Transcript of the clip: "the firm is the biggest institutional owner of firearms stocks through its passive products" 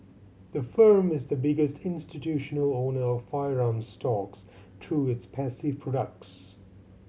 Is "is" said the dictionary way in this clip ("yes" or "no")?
yes